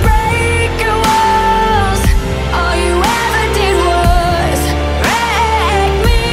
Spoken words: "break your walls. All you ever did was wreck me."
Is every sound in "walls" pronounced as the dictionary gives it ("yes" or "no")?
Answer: no